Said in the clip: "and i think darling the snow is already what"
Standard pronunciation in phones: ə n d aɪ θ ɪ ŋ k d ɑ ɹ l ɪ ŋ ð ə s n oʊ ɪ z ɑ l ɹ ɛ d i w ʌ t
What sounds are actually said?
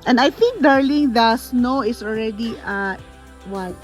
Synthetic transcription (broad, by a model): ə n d aɪ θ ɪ ŋ k d ɑ ɹ l ɪ ŋ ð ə s n oʊ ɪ s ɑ l ɹ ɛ d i w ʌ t